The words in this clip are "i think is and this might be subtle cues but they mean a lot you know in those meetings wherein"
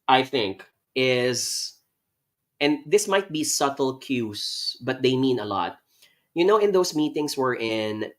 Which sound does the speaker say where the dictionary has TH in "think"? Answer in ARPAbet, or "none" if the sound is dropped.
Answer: TH